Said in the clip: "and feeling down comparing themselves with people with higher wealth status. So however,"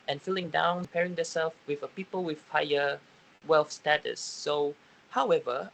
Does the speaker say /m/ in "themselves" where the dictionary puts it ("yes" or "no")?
no